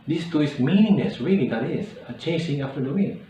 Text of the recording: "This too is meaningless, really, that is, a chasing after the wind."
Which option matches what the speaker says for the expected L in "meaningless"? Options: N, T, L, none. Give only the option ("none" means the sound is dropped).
N